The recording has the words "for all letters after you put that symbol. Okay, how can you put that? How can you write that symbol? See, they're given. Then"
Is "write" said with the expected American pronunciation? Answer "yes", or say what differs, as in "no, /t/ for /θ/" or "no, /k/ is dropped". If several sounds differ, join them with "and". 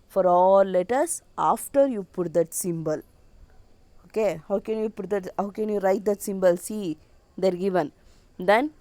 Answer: yes